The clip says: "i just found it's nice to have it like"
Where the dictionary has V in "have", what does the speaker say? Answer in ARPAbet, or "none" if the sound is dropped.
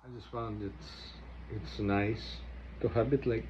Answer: B